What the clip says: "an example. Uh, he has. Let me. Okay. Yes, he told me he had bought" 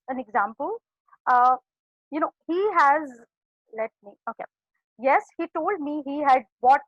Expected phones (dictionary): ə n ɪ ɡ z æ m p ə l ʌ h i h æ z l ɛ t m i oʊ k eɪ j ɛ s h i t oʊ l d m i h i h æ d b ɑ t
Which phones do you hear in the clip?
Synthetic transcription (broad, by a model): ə n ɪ ɡ z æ m p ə l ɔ h i h æ z l ɛ t m i oʊ k eɪ j ɛ s h i t oʊ l d m i h i h æ d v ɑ t